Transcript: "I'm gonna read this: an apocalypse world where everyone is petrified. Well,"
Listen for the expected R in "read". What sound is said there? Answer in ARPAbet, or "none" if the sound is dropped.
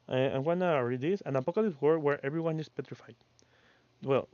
R